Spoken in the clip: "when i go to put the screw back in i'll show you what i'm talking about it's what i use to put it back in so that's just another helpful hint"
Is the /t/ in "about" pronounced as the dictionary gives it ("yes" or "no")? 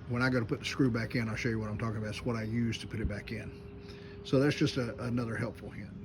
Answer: no